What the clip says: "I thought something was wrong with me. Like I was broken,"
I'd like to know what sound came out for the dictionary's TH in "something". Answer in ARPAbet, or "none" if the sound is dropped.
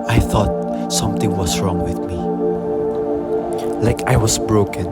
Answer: T